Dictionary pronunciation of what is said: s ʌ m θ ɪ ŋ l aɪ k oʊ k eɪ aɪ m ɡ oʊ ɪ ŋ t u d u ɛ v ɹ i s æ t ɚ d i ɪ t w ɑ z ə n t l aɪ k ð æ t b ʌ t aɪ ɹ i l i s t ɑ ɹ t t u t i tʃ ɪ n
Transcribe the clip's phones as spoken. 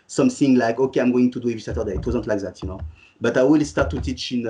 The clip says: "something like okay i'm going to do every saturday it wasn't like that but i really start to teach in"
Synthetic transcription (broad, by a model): s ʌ m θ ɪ ŋ l aɪ k oʊ k eɪ aɪ m ɡ oʊ ɪ ŋ t u d u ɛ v i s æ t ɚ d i ɪ t w ɑ z ə n t l aɪ k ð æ t b ʌ t aɪ w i l s t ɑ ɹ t t u t i tʃ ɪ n